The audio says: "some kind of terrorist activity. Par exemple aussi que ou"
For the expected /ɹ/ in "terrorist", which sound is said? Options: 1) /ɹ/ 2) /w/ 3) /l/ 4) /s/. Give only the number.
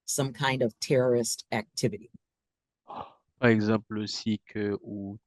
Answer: 1